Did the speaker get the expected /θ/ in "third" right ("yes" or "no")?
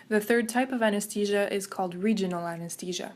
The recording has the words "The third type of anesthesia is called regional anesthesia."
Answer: yes